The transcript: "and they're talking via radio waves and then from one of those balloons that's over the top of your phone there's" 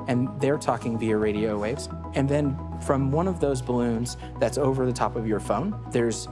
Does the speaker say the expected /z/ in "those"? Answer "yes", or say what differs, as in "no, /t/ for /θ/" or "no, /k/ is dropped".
yes